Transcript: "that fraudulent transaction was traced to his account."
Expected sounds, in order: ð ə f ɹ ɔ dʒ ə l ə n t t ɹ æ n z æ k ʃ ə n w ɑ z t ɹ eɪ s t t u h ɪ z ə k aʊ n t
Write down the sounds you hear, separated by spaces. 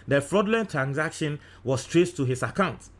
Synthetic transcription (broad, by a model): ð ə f ɹ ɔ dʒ l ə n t t ɹ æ n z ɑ k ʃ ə n w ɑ s t ɹ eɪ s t t u h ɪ s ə k aʊ n t